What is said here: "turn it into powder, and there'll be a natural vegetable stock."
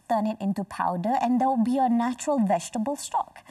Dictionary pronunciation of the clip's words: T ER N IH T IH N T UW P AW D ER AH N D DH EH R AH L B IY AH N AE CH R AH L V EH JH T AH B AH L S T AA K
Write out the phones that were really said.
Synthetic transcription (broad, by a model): T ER N IH T IH N T UW P AW D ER AH N D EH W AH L B IY AH N AE CH R AH L V EH JH T AH B AH L S T AA K